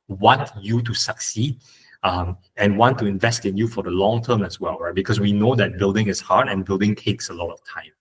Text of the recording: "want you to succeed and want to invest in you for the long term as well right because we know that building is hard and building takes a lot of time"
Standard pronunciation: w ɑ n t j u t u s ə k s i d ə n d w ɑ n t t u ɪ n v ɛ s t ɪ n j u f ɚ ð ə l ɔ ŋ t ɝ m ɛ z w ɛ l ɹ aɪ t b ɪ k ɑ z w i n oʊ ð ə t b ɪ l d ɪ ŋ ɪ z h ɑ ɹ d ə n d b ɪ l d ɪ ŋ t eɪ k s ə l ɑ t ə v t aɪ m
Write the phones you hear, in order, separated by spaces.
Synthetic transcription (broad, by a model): w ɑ n t j u t u s ə k s i d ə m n w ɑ n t t u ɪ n v ɛ s t ɪ n j u f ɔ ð ə l ɔ ŋ t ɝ m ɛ s w ɛ l ɹ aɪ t b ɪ k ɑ s w i n oʊ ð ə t b ɪ l d ɪ ŋ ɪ s h ɑ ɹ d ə n b ɪ l d ɪ ŋ t eɪ k s ə l ɑ t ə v t aɪ m